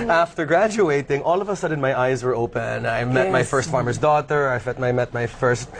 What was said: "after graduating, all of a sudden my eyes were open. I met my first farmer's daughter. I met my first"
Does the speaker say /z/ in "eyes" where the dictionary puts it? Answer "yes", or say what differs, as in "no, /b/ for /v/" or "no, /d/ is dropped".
yes